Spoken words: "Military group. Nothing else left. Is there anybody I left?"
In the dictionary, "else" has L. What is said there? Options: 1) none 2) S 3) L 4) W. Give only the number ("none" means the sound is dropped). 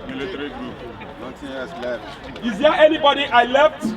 1